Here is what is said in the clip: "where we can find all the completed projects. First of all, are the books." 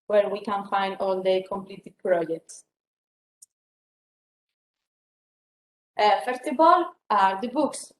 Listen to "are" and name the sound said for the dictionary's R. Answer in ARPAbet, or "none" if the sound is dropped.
R